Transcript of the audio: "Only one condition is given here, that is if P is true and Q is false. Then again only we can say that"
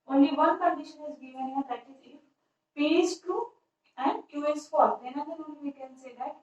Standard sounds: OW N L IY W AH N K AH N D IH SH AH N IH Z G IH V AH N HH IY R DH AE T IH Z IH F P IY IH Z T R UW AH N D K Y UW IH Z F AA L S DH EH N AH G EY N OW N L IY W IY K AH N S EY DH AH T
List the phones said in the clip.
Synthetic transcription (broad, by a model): OW N L IY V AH N K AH N D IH SH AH N IH Z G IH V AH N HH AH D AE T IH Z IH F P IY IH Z T UW AH N D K Y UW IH S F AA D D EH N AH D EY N OW N L IY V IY K AH N S EY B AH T